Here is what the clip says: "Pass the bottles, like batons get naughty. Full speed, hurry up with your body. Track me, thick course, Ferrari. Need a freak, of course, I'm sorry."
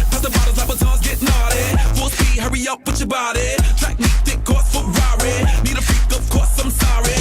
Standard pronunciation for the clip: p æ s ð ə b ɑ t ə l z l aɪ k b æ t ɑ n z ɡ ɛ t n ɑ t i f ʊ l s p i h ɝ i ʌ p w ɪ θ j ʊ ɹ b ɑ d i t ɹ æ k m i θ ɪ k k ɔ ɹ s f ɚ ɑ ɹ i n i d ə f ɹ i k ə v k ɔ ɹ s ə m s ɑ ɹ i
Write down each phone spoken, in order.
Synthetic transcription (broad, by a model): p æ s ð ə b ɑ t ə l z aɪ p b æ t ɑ z ɡ ɛ t n ɑ t i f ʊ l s i h ɝ i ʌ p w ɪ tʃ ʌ b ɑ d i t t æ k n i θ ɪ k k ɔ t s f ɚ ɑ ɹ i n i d ə f ɹ i k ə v k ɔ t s ə m s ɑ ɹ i